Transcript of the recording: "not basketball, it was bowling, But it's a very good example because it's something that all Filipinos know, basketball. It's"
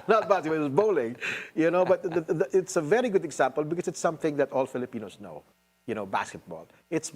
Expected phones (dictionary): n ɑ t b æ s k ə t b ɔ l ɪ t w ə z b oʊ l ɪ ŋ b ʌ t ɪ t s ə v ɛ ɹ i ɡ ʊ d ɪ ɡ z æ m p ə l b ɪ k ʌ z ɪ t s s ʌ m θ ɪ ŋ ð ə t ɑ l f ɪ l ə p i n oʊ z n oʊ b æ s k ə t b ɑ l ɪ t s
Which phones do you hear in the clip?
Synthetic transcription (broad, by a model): n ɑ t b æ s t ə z b ɔ l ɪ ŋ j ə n oʊ ɪ b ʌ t ɪ t s ə v ɛ ɹ i ɡ ʊ d ɪ ɡ z æ m p ə l b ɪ k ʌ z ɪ t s s ʌ m θ ɪ ŋ ð ə t ɑ l f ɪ l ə p i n oʊ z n oʊ b æ s k ə t b ɑ l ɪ t s